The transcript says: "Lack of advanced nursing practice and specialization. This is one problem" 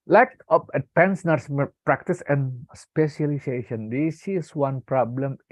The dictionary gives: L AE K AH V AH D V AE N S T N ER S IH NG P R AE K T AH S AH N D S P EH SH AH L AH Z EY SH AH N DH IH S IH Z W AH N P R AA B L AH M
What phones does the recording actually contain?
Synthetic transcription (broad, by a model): L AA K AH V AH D P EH N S N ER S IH P R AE K T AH S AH N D S P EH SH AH L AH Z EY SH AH N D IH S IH S W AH N P R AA B L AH M